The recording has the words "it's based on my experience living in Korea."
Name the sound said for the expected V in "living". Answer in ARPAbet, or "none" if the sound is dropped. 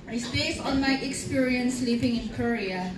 P